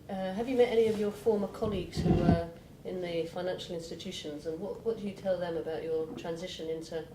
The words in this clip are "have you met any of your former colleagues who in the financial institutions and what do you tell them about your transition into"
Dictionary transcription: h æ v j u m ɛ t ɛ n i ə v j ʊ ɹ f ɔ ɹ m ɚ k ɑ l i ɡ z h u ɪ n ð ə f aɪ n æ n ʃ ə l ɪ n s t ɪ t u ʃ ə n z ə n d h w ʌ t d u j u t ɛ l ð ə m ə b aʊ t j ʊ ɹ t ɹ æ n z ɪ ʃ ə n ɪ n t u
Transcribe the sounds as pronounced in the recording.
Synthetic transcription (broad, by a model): h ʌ v j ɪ m ɛ t ɛ n i ə v j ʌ ɹ f ɔ ɹ m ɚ k ɑ l i ɡ z h u ɪ n ð ə f aɪ n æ n ʃ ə l ɪ n s t ɪ t u ʃ ə n z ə n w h w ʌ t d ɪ j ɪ t ɛ l ð ə m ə b aʊ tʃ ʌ ɹ t ɹ æ n z ɪ ʃ ə n ɪ n t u